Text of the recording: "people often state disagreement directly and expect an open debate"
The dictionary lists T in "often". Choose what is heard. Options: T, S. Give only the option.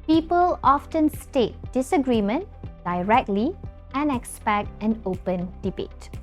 T